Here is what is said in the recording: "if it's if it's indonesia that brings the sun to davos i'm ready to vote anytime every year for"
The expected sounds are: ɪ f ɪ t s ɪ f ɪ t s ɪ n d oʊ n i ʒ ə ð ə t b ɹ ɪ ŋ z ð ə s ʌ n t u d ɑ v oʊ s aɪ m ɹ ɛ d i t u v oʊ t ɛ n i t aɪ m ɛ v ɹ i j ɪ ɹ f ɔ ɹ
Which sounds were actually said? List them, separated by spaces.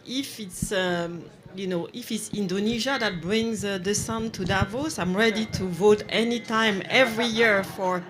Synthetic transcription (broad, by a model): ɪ f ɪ t s ɪ f ɪ t s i n d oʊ n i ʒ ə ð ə t b ɹ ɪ ŋ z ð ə s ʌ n t u d ɑ v oʊ s aɪ m ɹ ɛ d i t u v oʊ t ɛ n i t aɪ m ɛ v ɹ i j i ɹ f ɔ ɹ